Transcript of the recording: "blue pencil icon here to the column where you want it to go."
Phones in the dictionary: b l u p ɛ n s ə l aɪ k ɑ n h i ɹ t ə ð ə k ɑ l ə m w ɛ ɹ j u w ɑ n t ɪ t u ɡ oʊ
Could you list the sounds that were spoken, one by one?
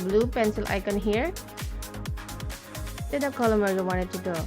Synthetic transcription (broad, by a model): b l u p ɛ n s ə l aɪ k ɑ n h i ɹ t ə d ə k ɑ l ə m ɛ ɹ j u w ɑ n ɪ t u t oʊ